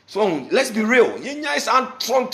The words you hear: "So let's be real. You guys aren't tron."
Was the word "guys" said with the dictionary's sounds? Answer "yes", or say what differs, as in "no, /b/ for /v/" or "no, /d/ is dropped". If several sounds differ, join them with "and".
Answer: no, /s/ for /z/